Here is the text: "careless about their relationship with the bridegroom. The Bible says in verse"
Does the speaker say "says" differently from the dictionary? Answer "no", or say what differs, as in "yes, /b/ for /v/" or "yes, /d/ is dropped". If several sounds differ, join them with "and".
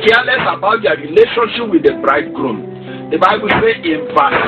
yes, /z/ is dropped